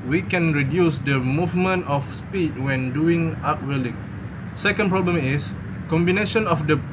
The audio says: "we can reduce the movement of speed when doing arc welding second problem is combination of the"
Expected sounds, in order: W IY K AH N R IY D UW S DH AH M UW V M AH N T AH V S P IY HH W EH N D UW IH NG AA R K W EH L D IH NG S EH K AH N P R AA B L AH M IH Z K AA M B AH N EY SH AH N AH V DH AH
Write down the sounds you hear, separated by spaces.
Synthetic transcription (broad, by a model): W IY K AH N R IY D UW S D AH M UW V M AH N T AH F S P IY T W EH N D UW IH NG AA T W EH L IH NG S EH K AH N P R AA B L AH M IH S K AA M B AH N EY SH AH N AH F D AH